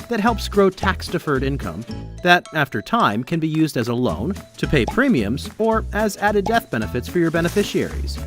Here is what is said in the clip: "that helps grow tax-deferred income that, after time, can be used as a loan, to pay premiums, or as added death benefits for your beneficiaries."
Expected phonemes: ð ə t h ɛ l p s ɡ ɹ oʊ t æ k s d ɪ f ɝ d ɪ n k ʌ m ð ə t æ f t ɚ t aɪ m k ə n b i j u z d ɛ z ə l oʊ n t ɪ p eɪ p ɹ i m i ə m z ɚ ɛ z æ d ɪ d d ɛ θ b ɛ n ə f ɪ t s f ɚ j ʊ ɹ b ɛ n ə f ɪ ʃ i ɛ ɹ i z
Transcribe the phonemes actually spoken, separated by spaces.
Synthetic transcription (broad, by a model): ð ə t h ɛ l p s ɡ ɹ oʊ t æ k s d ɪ f ɝ d ɪ n k ʌ m ð ə t æ f t ɚ t aɪ m k ə n b i j u z d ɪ z ə l oʊ n t ɪ p eɪ p ɹ i m i ə m z ɚ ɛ z æ d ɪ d d ɛ θ b ɛ n ə f ɪ t s f ɚ j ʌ ɹ b ɛ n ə f ɪ ʃ i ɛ ɹ i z